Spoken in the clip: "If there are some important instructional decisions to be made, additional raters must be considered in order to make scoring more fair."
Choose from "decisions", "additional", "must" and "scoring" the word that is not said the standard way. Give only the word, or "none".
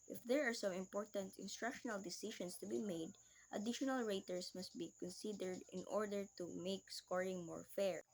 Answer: decisions